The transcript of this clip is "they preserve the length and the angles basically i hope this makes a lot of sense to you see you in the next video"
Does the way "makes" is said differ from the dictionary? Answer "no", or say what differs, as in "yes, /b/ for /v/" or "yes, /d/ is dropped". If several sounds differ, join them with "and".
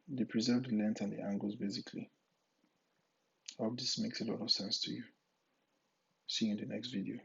no